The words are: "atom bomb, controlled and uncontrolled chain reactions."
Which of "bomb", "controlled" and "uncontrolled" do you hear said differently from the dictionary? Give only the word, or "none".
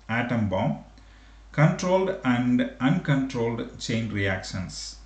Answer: none